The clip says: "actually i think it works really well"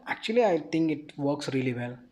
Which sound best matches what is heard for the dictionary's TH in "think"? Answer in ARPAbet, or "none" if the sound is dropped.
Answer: T